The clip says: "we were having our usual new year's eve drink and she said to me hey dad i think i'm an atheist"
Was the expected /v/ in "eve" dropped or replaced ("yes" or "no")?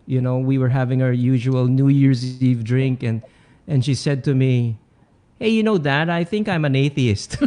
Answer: no